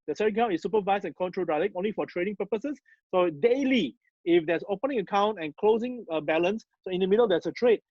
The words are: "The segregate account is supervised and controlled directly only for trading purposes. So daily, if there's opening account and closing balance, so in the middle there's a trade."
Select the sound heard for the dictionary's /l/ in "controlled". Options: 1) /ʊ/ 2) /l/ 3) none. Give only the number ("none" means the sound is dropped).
3